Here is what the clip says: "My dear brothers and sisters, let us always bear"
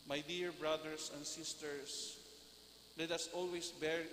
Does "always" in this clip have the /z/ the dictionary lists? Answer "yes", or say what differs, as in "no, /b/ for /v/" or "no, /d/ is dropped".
no, /s/ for /z/